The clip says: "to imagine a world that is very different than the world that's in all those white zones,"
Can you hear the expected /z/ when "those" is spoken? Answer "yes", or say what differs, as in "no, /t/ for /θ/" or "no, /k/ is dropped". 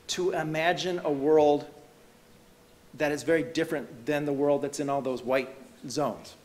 yes